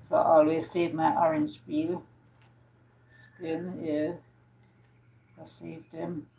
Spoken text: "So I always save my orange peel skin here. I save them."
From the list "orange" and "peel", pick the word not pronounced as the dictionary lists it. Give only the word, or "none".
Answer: peel